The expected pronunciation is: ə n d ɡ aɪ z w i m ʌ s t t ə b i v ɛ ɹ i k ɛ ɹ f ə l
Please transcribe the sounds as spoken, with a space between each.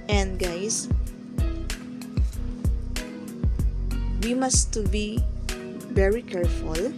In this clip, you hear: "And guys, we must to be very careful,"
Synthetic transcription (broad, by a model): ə n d ɡ aɪ s w i m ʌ s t t b i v ɛ ɹ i k ɛ ɹ f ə l